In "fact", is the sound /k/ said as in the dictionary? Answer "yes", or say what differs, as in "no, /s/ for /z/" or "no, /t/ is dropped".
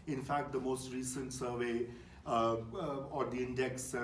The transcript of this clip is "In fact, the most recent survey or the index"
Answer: yes